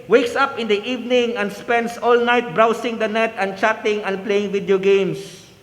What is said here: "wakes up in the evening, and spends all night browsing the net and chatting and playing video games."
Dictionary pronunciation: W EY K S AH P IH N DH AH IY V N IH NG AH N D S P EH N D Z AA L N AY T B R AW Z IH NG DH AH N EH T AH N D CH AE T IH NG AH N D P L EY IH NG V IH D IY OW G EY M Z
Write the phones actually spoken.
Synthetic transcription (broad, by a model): W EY K S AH P IH N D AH IY V N IH NG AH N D S P EH N D S AA L N AY T B R AW S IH NG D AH N EH T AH N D CH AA T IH NG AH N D P L EY IH NG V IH D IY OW G EY M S